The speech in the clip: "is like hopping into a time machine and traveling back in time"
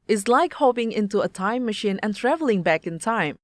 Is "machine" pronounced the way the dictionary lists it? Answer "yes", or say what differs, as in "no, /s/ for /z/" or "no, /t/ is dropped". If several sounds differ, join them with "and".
yes